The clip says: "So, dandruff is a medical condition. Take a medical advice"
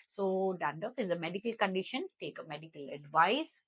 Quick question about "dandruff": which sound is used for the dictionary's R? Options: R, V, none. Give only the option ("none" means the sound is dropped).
none